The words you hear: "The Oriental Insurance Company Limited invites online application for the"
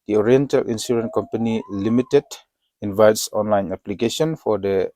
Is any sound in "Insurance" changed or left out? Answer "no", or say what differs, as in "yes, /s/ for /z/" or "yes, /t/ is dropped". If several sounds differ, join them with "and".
yes, /s/ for /ʃ/ and /s/ is dropped